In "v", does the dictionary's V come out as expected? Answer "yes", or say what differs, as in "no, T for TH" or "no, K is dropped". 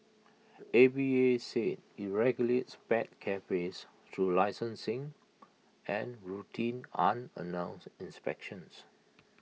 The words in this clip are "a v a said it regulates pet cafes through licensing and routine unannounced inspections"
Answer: no, B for V